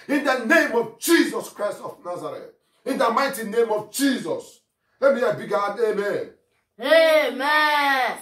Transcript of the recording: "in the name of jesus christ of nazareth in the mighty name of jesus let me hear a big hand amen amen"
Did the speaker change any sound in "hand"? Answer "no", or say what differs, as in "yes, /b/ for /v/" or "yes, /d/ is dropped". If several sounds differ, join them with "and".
yes, /n/ is dropped